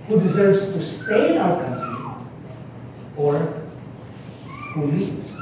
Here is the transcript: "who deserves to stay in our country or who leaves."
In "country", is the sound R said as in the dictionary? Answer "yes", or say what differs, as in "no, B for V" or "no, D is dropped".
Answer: no, R is dropped